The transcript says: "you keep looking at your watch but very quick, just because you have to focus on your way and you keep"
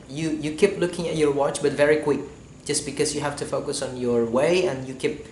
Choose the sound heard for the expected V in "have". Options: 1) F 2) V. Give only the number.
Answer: 1